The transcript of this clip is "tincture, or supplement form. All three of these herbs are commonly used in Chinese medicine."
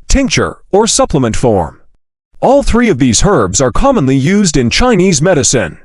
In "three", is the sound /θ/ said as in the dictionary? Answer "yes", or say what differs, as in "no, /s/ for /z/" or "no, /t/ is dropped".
yes